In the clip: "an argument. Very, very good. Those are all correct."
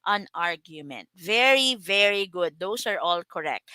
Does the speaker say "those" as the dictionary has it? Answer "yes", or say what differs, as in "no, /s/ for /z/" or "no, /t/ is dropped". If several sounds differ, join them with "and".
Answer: no, /s/ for /z/